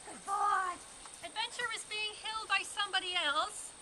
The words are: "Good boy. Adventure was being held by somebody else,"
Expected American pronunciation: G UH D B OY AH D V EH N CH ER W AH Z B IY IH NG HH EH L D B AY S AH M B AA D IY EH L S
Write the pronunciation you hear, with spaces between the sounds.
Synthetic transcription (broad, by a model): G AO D AH D V EH N CH ER W AH Z B IY IH NG HH EH L D B AY S AH M B AA D IY EH L S